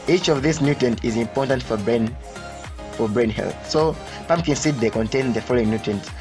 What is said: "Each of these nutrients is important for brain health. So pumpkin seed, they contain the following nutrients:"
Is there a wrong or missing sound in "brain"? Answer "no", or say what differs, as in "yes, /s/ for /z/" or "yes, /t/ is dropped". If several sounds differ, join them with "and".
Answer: no